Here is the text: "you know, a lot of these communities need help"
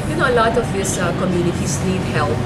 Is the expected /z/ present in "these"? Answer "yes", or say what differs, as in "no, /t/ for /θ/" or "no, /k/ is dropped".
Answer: no, /s/ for /z/